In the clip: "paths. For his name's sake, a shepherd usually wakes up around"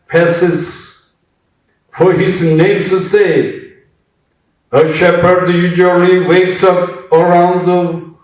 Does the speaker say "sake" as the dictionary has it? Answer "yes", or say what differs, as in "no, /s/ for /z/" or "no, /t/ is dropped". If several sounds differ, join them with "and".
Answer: no, /k/ is dropped